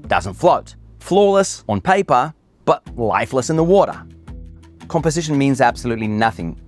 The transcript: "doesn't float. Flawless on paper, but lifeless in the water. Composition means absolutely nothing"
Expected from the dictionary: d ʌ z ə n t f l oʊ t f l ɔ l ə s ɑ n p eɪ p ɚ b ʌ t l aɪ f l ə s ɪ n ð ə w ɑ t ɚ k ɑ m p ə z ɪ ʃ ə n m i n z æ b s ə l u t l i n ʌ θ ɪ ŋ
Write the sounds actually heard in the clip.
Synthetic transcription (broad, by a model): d ʌ z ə n t f l oʊ t f l ɔ l ə s n p eɪ p ɚ b ʌ t l aɪ f l ə s ɪ n ð ə w ɑ t ɚ k ɑ m p ə z ɪ ʃ ə n m i n z æ b s ə l u t l i n ʌ θ ɪ ŋ